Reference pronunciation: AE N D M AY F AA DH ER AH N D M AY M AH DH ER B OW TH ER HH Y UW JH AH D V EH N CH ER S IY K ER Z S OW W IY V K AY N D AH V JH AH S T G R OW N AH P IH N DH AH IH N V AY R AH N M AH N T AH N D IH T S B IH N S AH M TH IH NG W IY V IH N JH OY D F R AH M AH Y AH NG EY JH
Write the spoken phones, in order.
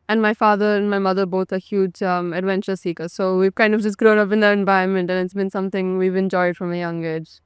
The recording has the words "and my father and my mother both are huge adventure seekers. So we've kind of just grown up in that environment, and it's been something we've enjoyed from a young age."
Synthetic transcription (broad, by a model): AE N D M AY F AA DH ER AH N D M AY M AH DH ER B OW T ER HH Y UW JH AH D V EH N CH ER S IY K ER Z S OW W IY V K AY N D AH V JH AH S G R OW N AH P IH N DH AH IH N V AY AH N M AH N T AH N IH T S B IH N S AH M T IH NG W IY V IH N JH OY D F R AH M AH Y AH NG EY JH